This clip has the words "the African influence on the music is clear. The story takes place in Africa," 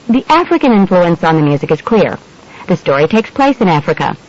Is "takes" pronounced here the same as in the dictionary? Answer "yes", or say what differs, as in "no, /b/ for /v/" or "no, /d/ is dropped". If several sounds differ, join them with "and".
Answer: yes